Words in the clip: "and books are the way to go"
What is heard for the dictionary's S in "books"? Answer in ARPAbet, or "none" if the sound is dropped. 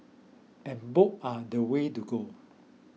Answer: none